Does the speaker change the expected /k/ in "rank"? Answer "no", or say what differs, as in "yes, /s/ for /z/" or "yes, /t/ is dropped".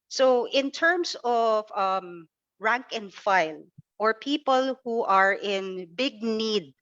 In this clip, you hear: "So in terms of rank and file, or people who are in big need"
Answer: no